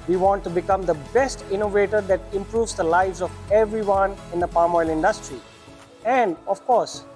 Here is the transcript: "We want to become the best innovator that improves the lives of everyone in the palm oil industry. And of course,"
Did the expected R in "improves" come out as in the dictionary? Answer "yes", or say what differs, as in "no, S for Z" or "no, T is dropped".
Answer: yes